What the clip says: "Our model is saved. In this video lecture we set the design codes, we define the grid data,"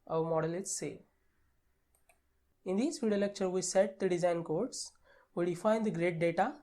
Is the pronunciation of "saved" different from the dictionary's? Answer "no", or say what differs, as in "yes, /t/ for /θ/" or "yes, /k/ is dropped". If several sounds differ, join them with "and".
yes, /d/ is dropped